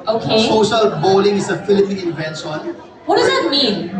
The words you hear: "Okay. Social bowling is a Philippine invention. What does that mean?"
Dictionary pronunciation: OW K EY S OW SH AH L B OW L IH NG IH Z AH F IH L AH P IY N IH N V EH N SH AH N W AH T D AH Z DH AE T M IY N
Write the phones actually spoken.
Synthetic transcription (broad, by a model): OW K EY S OW SH AH L B OW L IH NG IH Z AH F IH L AH P IY N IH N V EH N S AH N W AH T D AH Z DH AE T M IY N